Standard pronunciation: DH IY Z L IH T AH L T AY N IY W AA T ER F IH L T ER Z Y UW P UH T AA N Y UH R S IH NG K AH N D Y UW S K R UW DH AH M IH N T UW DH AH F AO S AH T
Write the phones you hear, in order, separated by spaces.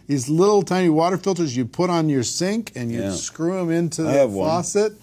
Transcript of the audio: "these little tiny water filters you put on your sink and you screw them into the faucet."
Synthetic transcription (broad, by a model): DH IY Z L IH T L T AY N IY W AA T ER F IH L T ER Z Y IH P UH T N Y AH R S IH NG K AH N Y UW S K R UW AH M IH N T UW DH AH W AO S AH T